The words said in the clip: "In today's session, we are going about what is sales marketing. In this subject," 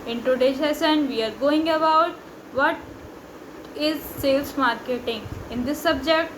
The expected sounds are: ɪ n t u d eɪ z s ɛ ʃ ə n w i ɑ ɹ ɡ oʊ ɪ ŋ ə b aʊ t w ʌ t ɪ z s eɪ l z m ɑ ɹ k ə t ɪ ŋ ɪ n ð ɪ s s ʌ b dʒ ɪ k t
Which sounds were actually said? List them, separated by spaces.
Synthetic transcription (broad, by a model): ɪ n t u d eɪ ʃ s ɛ s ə n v i ɑ ɹ ɡ oʊ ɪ ŋ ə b aʊ t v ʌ t ɪ z s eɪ l s m ɑ ɹ k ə t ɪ ŋ ɪ n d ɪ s s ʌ b dʒ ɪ k t